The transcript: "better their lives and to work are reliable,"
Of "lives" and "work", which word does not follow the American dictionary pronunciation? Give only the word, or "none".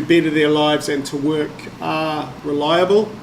none